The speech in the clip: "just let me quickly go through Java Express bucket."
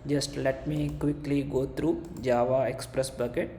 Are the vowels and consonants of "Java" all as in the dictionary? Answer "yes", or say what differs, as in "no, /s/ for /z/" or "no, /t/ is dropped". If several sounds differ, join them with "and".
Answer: yes